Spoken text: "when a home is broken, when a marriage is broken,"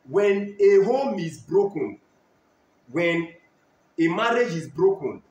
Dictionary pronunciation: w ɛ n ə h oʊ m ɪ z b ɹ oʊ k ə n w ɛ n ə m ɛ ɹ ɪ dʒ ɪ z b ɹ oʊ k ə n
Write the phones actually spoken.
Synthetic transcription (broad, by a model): w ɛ n ə h oʊ m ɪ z b ɹ oʊ k ə n w ɛ n ə m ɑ ɹ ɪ dʒ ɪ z b ɹ oʊ k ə n